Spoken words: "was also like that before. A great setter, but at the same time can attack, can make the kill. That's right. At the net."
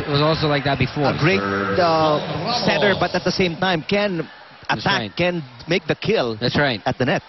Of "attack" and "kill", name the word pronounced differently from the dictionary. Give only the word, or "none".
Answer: attack